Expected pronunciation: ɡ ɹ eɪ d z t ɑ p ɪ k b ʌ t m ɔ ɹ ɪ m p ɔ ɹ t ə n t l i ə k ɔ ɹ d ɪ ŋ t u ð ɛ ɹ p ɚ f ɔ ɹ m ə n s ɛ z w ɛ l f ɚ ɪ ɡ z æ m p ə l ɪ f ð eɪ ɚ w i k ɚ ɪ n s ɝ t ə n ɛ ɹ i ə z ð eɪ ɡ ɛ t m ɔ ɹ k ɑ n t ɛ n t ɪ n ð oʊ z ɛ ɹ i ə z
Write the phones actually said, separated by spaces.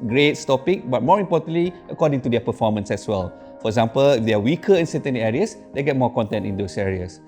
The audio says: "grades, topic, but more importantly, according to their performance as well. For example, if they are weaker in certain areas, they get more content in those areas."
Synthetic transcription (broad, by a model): ɡ ɹ eɪ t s t ɑ p ɪ k b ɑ t m ɔ ɹ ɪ m p ɔ t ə n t l i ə k ɔ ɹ d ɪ ŋ t u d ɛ p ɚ f ɔ m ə n s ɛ s w ɛ l f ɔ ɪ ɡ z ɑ m p ə l ɪ f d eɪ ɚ w i k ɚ ɪ n s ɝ t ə n ɛ ɹ i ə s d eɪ ɡ ɛ t m ɔ k ɑ n t ɛ n t ɪ n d oʊ s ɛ ɹ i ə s